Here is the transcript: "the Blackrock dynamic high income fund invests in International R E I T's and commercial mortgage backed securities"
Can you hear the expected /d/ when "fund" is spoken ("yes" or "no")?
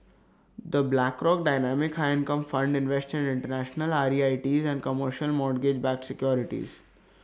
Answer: yes